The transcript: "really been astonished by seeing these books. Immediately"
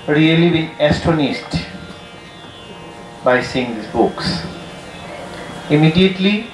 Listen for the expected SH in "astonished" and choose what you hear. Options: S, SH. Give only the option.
S